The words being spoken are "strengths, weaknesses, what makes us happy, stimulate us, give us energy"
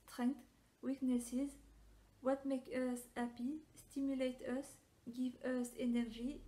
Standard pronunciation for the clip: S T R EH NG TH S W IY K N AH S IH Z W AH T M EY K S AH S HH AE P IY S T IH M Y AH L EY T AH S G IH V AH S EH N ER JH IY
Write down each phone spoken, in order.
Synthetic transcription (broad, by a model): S T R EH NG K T W IY K N AH S IH Z W AH T M EY K AH S HH AE P IY S T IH M Y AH L EY T AH S G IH V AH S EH N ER JH IY